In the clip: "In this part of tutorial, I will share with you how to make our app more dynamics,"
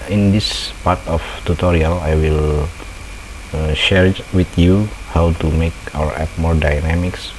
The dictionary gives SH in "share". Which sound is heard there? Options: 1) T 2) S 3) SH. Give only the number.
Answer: 3